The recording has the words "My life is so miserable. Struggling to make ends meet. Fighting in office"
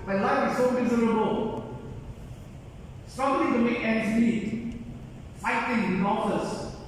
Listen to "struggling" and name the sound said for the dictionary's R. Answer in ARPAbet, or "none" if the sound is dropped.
none